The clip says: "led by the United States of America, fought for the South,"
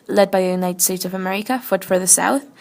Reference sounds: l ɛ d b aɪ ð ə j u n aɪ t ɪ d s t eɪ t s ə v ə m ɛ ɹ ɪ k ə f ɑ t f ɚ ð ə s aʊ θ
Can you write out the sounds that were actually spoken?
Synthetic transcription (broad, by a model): l ɛ d b aɪ ð ə j u n aɪ t ɪ d s t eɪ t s ə v ə m ɛ ɹ ɪ k ə f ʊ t f ɚ ð ə s aʊ θ